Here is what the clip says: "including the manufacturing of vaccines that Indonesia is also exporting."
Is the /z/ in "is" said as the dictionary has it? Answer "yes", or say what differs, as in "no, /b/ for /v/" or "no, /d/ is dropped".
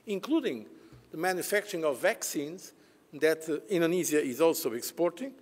yes